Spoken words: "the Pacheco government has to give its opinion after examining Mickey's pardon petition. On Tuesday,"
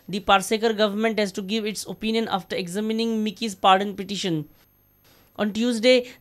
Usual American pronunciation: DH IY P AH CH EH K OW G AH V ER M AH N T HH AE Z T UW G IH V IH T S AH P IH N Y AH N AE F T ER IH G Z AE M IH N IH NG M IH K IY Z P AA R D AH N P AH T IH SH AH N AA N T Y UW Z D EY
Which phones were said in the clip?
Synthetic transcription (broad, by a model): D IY P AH S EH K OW G AH V ER M AH N T HH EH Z T UW G IH V IH T S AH P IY N Y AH N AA F T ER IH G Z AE M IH N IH NG M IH K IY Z P AA R D AH N P AH T IH SH AH N AA N T Y UW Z D EY